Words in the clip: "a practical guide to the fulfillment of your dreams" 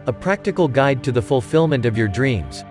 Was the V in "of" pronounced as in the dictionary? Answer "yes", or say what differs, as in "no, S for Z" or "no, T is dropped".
yes